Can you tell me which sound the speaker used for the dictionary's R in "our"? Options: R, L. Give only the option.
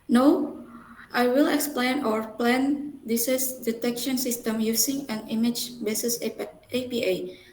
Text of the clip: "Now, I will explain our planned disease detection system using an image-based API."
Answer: R